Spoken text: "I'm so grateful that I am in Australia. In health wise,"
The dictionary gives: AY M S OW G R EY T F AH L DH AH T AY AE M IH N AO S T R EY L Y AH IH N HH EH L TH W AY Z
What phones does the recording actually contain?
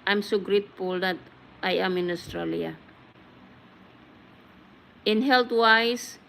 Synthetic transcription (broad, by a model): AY M S OW G R EY T F AH L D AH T AY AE M IH N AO S T R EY L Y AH IH N HH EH L T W AY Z